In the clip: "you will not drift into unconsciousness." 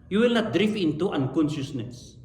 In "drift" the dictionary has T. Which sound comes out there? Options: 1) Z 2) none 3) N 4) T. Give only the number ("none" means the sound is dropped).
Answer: 2